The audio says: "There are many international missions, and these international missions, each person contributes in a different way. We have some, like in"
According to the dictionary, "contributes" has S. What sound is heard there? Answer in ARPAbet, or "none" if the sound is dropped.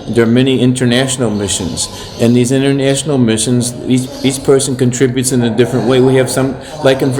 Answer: S